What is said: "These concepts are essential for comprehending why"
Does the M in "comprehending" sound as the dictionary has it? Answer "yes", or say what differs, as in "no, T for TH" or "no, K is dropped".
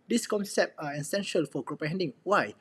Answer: no, M is dropped